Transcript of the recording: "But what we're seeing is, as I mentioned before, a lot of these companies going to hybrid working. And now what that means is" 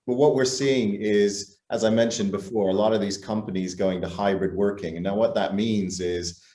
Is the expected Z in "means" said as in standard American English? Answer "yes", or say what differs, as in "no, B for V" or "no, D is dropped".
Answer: yes